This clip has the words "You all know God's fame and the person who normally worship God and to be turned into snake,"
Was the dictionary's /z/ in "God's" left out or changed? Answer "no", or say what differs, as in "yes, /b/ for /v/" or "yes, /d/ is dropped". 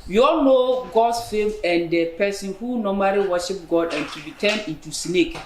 yes, /s/ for /z/